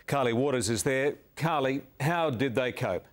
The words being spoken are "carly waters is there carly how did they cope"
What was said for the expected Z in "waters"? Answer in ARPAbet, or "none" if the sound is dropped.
Z